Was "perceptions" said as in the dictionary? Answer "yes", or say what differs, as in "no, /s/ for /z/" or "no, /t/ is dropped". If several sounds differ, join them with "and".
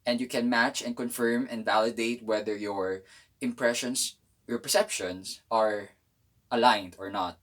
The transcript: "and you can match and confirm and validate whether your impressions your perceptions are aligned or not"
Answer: no, /s/ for /z/